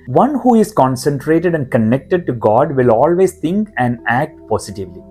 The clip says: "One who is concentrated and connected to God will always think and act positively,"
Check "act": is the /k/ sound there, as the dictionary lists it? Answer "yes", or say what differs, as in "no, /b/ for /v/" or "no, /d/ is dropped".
yes